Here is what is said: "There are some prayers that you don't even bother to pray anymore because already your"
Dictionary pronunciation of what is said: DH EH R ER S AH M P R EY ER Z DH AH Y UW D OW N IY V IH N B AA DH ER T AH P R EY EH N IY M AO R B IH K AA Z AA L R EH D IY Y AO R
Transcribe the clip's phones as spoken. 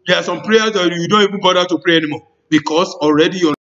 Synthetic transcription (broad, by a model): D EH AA S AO M P R EY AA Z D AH Y UW D OW N IY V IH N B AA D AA T AH P R EY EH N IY M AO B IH K AA S AA L R EH D IY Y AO